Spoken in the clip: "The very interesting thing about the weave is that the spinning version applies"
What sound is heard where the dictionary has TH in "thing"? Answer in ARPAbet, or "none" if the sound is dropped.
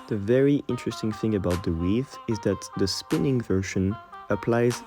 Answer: TH